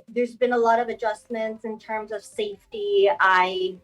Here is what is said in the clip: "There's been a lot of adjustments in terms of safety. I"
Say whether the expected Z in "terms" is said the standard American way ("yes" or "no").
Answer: yes